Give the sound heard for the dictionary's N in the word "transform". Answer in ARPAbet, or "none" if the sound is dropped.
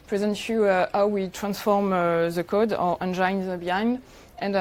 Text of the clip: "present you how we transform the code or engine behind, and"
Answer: N